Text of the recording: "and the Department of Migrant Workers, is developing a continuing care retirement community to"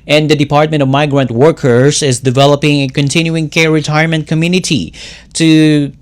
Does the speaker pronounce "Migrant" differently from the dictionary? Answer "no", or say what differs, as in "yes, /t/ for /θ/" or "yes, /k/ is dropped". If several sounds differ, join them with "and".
no